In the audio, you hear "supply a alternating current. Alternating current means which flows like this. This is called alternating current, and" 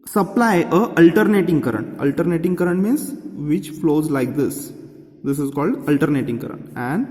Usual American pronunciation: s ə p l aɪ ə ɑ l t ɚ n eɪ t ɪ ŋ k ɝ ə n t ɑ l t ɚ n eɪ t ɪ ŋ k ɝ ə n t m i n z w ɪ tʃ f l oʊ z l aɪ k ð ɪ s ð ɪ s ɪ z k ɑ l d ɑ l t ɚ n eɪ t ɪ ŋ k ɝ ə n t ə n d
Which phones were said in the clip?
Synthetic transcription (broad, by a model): s ə p l aɪ ə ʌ l t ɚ n eɪ t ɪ ŋ k ɝ ə n t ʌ l t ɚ n eɪ t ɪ ŋ k ɝ ə n t m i n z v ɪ tʃ f l oʊ z l aɪ k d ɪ s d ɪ s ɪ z k ɑ l d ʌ l t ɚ n eɪ t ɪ ŋ k ɝ ə n t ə n d